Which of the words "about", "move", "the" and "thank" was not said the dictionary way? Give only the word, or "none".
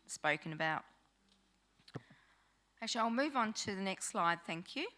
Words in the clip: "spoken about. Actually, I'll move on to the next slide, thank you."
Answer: none